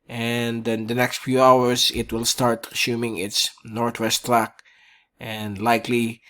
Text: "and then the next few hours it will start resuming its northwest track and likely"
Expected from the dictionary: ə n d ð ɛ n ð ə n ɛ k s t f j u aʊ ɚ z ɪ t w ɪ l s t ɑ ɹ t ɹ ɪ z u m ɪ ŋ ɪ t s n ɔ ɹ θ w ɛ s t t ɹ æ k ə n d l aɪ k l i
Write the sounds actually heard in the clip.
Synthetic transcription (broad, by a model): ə n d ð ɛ n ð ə n ɛ k s t f j u aʊ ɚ s ɪ t w ɪ l s t ɑ ɹ t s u m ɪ ŋ ɪ t s n ɔ ɹ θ w ɛ s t t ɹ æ k ə n d l aɪ k l i